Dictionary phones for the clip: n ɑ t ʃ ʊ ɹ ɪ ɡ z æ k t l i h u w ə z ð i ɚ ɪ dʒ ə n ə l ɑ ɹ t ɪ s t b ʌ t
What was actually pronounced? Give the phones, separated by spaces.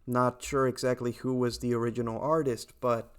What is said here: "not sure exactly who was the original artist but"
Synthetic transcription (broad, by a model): n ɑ t ʃ ʊ ɹ ɪ ɡ z æ k t l i h u w ə z ð i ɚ ɪ dʒ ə n l ɑ ɹ t ɪ s t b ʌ t